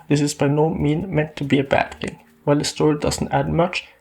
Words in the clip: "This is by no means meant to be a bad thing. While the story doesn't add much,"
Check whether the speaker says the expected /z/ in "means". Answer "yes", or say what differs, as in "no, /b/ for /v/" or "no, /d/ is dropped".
no, /z/ is dropped